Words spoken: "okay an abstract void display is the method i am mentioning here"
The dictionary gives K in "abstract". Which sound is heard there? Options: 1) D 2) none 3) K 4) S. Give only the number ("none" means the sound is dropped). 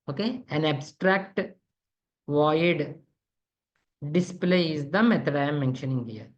3